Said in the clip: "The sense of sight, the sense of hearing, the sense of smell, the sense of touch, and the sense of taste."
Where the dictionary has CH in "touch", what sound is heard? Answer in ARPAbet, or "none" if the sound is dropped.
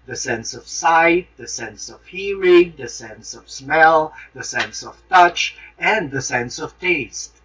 CH